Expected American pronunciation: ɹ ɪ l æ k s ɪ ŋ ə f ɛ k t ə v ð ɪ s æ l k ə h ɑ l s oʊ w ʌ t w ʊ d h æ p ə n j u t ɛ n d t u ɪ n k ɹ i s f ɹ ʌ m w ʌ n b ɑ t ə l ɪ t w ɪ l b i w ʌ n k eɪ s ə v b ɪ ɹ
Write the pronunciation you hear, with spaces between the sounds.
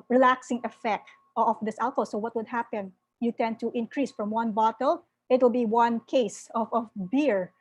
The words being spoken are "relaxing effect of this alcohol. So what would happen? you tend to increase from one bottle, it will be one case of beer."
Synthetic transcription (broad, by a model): ɹ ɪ l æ k s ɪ ŋ ə f ɛ k t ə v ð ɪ s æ l k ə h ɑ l s oʊ w ʌ t w ʊ d h æ p ə n j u t ɛ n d t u ɪ n k ɹ i s f ɹ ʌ m w ʌ n b ɑ t ə l ɪ t w ɪ l b i w ʌ n k eɪ s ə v b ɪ ɹ